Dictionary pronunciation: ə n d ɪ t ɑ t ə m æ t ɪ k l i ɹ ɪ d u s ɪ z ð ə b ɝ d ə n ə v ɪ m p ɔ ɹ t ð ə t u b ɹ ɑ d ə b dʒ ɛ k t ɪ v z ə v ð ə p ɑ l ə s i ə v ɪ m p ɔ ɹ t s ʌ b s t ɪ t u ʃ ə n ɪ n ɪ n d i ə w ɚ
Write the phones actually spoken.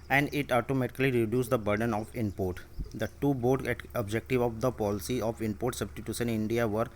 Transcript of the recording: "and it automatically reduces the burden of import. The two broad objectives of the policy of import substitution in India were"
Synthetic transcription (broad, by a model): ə n d ɪ t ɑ t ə m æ t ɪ k l i ɹ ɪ d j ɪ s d ə b ɝ d ə n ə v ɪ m p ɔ ɹ t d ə t u b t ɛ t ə b dʒ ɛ k t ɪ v ə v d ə p ɑ l ə s i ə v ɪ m p ɔ ɹ t s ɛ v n t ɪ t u s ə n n ɪ n d i ə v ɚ